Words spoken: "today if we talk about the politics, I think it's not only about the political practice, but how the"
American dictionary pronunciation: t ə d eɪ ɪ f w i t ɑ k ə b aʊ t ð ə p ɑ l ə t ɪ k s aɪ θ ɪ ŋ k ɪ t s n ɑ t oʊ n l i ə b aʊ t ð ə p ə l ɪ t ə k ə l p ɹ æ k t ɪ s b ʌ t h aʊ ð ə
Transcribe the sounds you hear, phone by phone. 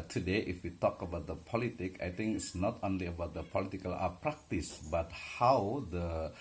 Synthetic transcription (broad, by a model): t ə d eɪ ɪ f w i t ɑ k ə b aʊ t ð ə p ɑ l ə t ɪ k aɪ t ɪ ŋ k ɪ t s n ɑ t oʊ n l i ə b aʊ t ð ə p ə l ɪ t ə k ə l p ɹ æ k t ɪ s b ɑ t h aʊ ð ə